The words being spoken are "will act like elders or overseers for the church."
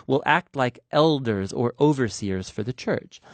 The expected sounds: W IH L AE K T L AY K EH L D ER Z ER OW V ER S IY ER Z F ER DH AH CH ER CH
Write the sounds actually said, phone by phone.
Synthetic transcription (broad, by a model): W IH L AE K T L AY K EH L D ER Z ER OW V ER S IY ER Z F ER DH AH CH ER CH